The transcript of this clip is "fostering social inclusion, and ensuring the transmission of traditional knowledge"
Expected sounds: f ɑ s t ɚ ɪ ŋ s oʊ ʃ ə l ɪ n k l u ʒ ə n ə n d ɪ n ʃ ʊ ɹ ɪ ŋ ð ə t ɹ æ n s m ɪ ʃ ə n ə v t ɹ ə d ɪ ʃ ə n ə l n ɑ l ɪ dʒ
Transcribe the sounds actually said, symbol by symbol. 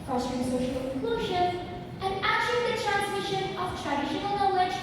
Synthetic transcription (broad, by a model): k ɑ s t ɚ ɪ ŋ s oʊ ʃ ə l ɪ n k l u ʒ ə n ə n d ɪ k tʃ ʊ ɪ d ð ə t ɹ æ n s m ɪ ʃ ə n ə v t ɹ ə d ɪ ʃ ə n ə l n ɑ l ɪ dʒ